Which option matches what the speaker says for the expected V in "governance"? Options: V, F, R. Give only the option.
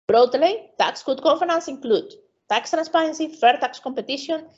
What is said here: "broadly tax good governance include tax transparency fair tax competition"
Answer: F